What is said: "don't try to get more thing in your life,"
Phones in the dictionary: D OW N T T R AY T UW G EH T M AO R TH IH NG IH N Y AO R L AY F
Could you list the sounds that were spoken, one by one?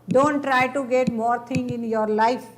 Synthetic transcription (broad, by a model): D OW N T T R AY T UW G EH T M AO R T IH NG IH N Y AO R L AY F